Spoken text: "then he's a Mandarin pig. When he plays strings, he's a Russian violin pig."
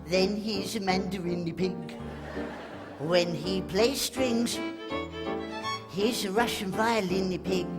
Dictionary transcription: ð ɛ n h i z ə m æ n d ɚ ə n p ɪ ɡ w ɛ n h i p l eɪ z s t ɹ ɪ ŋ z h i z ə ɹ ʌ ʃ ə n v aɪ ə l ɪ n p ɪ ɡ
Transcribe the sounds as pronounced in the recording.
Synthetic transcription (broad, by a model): ð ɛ n h i z ə m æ n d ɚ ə n p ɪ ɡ w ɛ n h i p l eɪ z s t ɹ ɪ ŋ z h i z ə ɹ ʌ ʃ ə n f aɪ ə l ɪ n p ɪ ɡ